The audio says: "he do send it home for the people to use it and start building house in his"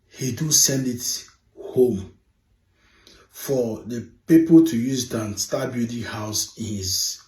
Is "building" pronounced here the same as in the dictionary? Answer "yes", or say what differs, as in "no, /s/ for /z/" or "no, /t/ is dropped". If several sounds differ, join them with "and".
no, /l/ is dropped